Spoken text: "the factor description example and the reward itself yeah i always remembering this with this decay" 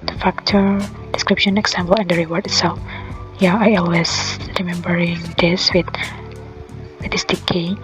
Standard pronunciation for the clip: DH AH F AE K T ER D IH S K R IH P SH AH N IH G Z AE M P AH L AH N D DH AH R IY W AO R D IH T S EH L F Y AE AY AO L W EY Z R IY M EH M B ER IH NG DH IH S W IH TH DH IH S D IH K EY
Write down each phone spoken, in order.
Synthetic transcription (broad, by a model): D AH F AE K T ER D IH S K R IH P SH AH N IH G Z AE M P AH L AH N D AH R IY W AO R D IH T S EH L F Y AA AY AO L W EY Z R IY M EH M B ER IH NG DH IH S W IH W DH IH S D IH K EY